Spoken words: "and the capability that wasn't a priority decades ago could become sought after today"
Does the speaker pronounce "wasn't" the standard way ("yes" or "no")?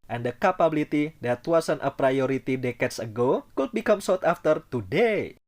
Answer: no